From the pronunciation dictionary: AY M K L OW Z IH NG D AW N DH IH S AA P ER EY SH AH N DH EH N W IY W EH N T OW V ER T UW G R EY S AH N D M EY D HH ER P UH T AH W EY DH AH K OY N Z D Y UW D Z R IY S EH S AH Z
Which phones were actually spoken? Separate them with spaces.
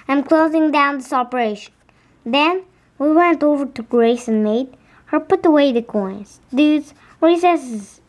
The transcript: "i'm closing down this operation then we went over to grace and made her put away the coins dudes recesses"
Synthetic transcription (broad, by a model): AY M K L OW Z IH NG D AW N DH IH S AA P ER EY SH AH N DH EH N W IY W EH N T OW V ER T UW G R EY S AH N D M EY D HH ER P UH T AH W EY DH AH K OY N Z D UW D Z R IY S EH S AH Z